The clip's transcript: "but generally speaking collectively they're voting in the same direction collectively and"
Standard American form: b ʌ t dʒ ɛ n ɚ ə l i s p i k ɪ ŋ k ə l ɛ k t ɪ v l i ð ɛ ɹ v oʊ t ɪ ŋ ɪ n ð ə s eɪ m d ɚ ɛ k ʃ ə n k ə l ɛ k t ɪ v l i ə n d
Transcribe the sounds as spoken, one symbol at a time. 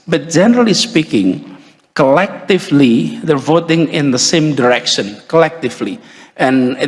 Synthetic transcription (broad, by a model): b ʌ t dʒ ɛ n ɚ ə l i s p i k ɪ ŋ k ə l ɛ k t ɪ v l i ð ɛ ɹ v oʊ t ɪ ŋ ɪ n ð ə s eɪ m d ɚ ɛ k ʃ ə n k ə l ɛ k t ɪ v l i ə n